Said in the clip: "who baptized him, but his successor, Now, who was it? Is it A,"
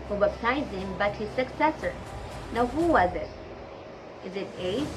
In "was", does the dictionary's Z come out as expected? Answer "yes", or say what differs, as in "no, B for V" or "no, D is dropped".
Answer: yes